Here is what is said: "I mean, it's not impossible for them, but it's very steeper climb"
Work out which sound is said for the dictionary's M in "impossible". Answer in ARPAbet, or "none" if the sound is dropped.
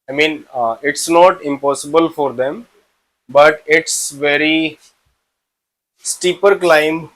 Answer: M